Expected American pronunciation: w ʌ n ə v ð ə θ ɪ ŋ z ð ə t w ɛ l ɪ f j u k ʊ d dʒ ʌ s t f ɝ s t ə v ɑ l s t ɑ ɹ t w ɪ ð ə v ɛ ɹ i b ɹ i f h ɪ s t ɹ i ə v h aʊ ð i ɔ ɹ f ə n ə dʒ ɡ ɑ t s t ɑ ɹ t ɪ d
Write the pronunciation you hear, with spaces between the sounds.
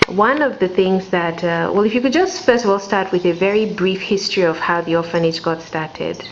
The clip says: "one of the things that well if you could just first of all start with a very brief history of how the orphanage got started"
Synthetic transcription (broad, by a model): w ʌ n ə v ð ə θ ɪ ŋ z ð ə t w ɛ l ɪ f j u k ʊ d dʒ ʌ s t f ɝ s t ə v ɑ l s t ɑ ɹ t w ɪ ð ə v ɛ ɹ i b ɹ i f h ɪ s t ɹ i ə v h aʊ ð i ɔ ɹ f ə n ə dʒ ɡ ɑ t s t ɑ ɹ t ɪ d